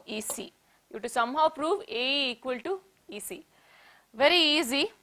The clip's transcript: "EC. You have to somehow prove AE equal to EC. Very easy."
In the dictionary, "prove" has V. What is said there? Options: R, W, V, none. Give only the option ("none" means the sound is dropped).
V